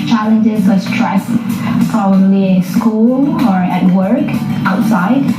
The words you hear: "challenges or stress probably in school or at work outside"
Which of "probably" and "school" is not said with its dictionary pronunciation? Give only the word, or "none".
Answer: probably